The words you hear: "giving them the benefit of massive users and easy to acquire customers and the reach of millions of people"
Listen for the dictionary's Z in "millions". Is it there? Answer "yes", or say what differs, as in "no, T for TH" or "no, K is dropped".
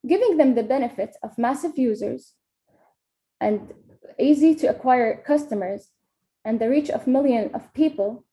no, Z is dropped